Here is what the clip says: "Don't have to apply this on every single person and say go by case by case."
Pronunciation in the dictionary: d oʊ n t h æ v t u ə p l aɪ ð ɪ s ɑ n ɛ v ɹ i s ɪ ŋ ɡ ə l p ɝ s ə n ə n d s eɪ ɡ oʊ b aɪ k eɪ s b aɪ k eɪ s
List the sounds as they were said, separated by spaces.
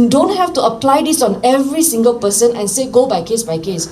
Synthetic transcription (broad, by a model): d oʊ n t h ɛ f t u ə p l aɪ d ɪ s ɑ n ɛ v ɹ i s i ŋ ɡ ə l p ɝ s ə n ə n s eɪ ɡ oʊ b aɪ k eɪ s b aɪ k eɪ s